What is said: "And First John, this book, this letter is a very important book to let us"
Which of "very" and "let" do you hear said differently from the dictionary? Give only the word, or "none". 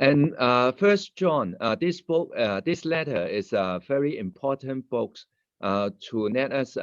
let